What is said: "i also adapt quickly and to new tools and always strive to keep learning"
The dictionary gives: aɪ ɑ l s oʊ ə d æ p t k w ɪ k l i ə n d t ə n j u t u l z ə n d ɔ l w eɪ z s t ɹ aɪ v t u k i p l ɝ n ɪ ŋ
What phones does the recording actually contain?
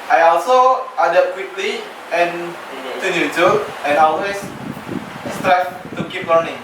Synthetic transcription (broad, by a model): aɪ ɑ l s oʊ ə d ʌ t k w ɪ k l i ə n t ə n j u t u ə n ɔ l w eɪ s s t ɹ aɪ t t u k i p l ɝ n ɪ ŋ